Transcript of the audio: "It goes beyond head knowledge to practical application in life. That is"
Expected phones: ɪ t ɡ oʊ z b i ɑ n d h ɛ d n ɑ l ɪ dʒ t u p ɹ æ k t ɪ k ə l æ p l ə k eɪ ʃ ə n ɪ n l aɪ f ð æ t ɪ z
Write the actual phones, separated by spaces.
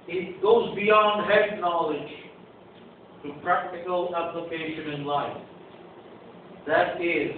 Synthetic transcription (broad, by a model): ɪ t ɡ oʊ z b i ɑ n d h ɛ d n ɑ l ɪ dʒ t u p ɹ æ k t ɪ k ə l æ p l ə k eɪ ʃ ə n ɪ n l aɪ f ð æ t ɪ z